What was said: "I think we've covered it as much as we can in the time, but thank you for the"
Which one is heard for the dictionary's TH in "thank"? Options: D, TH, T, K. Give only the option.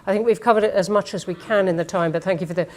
TH